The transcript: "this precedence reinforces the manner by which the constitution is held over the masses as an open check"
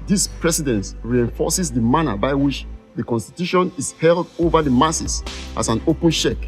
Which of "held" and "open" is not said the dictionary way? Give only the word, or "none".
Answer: none